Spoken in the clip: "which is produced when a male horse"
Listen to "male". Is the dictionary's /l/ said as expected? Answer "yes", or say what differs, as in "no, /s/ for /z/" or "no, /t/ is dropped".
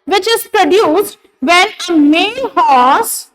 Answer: no, /n/ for /l/